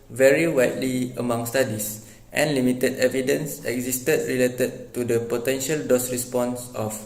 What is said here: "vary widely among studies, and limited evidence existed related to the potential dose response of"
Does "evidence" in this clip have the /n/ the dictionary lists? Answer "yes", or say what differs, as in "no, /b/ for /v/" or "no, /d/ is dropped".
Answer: yes